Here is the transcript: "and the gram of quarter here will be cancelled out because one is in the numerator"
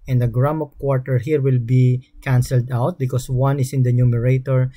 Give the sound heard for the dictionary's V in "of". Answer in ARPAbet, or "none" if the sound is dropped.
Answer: P